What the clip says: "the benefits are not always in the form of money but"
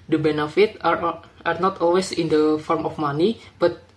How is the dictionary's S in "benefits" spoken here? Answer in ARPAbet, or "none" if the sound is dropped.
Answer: none